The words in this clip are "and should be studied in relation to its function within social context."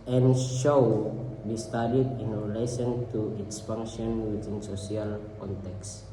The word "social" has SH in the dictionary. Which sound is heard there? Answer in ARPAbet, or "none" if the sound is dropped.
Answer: S